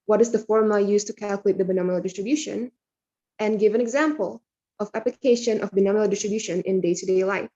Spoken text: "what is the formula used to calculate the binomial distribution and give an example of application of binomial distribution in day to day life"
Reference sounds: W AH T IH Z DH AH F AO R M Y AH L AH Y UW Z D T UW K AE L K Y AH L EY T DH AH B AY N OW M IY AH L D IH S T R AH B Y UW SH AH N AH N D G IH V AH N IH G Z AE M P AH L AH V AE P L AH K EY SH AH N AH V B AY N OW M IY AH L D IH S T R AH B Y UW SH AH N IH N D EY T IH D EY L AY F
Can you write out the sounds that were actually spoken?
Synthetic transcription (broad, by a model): W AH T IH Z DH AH F AO R M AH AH Y UW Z T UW K AE L K Y AH L EY T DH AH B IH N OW M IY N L D IH S T R AH B Y UW SH AH N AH N G IH V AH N IH G Z AE M P AH L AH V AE P L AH K EY SH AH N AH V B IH N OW M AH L D IH S T R AH B Y UW SH AH N IH N D EY T IH D EY L AY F